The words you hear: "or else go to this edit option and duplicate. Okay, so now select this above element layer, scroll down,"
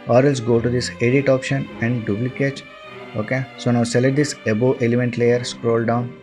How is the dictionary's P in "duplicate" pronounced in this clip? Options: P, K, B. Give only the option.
B